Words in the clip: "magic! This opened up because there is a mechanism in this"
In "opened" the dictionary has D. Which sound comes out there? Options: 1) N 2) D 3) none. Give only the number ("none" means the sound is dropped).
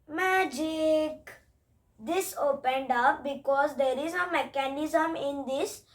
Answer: 2